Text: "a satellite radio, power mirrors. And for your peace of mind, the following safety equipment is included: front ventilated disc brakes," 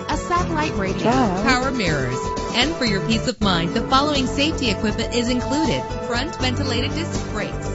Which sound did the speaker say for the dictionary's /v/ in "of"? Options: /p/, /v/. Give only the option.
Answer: /v/